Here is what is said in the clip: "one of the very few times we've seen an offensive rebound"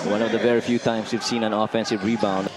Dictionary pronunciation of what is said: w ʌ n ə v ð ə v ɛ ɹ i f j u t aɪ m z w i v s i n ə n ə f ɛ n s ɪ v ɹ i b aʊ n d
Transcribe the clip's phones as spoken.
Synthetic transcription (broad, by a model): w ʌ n ə v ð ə v ɛ ɹ i f j u t aɪ m s w i v s i n ə n ə f ɛ n s ɪ v ɹ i b aʊ n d